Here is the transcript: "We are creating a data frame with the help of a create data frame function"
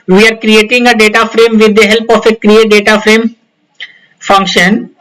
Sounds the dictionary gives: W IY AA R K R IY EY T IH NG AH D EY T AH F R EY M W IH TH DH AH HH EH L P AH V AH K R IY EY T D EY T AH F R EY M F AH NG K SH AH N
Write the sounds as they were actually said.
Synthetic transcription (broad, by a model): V IY AA R K R IY EY T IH NG AH D EY T AH F R EY M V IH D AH HH EH L P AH F AH K R IY EY T D EY T AH F R EY M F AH NG K SH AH N